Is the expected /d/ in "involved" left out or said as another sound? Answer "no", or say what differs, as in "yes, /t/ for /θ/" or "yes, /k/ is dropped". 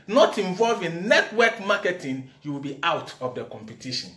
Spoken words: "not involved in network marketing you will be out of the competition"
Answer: yes, /d/ is dropped